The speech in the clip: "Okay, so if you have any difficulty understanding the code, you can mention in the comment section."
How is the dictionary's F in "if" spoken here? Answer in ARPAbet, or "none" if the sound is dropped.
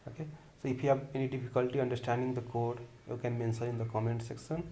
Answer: P